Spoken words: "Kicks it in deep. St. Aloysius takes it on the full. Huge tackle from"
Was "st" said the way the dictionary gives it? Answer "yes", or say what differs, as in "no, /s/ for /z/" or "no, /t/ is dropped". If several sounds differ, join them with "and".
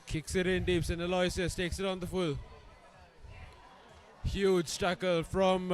no, /t/ is dropped